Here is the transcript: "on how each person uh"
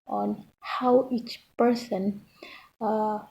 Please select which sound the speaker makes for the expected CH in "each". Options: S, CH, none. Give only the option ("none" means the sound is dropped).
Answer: CH